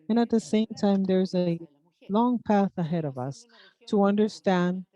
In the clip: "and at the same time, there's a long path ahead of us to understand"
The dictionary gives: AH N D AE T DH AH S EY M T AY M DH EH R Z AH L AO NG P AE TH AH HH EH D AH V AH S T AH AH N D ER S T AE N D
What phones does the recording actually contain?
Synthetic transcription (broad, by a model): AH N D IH T DH AH S EY M T AY M DH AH R Z AH L AO NG P AE TH AH HH EH D AH V AH S T AH AH N D ER S T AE N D